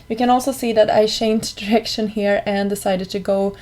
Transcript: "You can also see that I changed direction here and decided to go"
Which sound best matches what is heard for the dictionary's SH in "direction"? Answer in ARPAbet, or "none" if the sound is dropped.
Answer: SH